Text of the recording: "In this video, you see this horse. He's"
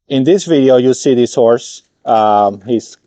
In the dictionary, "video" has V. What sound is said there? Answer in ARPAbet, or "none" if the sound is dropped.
V